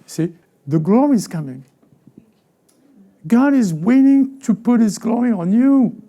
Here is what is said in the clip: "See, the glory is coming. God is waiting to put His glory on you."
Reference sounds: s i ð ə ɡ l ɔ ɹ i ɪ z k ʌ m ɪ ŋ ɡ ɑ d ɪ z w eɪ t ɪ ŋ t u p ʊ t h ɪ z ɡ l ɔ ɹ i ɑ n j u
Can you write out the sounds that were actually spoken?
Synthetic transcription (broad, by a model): s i ð ə ɡ l ɔ ɹ i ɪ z k ʌ m ɪ ŋ ɡ ɑ d ɪ z w eɪ t ɪ ŋ t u p ʊ t h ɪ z ɡ l ɔ ɹ i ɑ n j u